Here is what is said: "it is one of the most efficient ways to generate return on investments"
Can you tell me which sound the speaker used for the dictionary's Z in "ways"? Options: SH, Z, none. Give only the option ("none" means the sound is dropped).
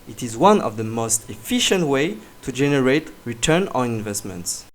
none